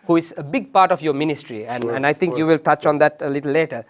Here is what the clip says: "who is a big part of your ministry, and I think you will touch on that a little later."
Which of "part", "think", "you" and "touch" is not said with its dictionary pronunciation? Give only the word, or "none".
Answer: think